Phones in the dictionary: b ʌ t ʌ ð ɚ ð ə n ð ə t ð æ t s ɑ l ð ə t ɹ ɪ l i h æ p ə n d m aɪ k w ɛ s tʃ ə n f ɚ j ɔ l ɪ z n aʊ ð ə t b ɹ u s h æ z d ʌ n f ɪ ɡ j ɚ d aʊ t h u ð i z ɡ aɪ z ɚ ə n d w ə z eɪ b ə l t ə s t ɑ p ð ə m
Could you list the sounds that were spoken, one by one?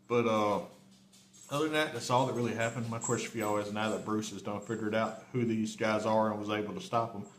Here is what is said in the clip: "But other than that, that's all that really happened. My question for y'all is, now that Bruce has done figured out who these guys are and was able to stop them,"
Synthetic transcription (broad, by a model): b ʌ t ʌ ɚ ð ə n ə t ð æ t s ɑ l ð ə t ɹ ɪ l i h æ p ə n d m aɪ k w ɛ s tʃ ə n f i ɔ w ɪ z n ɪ ð ə t b ɹ u s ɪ z d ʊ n f ɪ ɡ j ɚ d aʊ t h u ð i z ɡ aɪ z ɚ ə n w ə z eɪ b l t ə s t ɑ p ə m